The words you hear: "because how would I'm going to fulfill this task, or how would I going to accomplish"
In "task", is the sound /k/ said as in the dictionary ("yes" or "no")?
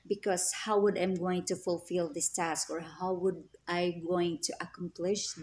yes